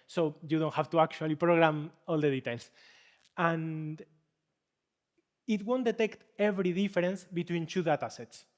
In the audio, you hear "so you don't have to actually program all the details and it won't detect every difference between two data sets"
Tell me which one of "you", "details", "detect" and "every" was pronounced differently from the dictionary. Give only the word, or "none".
details